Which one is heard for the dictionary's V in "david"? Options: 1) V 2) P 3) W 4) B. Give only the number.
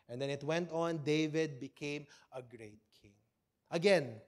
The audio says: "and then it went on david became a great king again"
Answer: 1